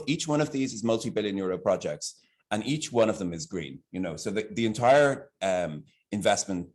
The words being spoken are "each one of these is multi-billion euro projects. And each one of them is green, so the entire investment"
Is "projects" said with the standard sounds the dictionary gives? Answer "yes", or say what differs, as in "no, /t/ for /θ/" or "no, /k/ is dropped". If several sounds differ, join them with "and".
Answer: yes